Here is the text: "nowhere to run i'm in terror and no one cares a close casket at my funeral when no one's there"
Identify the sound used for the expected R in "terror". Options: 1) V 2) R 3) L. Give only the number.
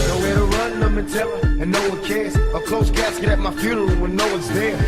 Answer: 3